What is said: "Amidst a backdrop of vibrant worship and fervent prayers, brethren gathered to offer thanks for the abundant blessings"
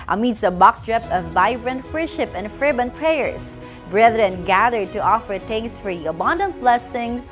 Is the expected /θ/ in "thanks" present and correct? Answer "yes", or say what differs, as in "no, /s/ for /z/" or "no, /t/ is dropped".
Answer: no, /t/ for /θ/